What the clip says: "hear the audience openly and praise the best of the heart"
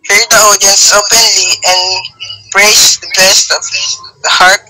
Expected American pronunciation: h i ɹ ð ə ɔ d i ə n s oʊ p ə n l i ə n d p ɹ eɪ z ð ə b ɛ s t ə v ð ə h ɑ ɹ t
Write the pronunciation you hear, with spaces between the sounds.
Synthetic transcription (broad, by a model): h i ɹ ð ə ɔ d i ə n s oʊ p ə n l i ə n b ɹ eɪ s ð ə b ɛ s t ə v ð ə h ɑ ɹ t